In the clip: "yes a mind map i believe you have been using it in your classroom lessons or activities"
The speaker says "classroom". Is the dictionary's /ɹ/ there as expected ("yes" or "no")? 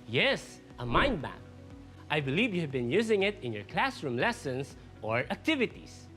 yes